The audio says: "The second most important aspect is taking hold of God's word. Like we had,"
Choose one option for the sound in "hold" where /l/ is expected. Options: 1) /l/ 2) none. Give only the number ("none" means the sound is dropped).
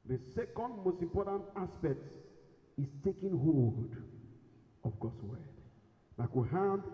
2